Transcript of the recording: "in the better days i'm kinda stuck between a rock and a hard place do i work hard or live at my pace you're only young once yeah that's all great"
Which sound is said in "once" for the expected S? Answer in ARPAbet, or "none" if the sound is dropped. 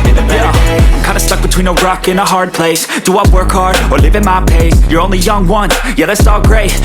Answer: none